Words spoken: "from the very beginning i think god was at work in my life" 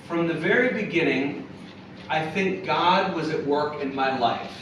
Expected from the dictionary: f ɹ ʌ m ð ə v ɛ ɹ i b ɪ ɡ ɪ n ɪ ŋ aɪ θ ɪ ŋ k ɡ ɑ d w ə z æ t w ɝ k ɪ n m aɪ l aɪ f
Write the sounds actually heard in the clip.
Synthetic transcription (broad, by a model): f ɹ ʌ m ð ə v ɛ ɹ i b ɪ ɡ ɪ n ɪ ŋ aɪ θ ɪ ŋ k ɡ ɑ d w ə z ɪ t w ɝ k ɪ n m aɪ l aɪ f